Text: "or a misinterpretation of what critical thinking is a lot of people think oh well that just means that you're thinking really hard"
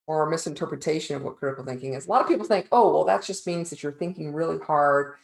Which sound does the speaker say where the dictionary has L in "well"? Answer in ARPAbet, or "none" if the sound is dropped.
L